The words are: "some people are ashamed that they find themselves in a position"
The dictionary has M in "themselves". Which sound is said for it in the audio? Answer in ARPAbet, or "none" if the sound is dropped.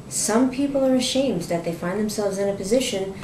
M